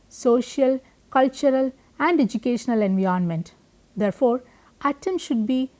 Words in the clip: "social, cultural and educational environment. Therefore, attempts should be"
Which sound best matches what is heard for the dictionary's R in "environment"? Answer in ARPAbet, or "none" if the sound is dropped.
none